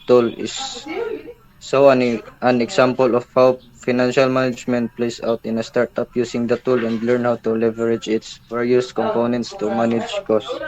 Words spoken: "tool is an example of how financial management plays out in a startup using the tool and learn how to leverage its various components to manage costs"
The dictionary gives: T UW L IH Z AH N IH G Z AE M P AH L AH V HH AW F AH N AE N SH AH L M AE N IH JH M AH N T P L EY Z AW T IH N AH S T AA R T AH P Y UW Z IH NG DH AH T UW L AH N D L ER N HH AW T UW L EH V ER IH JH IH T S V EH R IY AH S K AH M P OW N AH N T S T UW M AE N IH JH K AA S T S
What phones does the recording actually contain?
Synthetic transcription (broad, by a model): T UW L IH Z AH N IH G S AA M P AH L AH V HH AW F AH N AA N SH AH L M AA N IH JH M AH N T P L EY S AW T IH N AH S T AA R T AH P Y UW S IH NG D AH T UW L AH N D L ER N HH AW T UW L EH V ER IH JH IH T S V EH R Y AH S K AH M P OW N AH N T S T UW M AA N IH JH K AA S S